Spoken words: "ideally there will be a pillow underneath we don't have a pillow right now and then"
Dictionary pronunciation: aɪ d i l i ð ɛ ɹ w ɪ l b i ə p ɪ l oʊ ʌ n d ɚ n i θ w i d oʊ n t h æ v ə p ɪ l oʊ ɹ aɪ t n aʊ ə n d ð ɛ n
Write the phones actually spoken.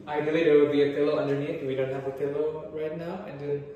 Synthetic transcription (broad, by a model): aɪ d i l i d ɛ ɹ w ɪ l b i ə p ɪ l oʊ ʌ n d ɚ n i t w i d oʊ n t h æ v ə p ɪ l oʊ ɹ aɪ t n aʊ ə n d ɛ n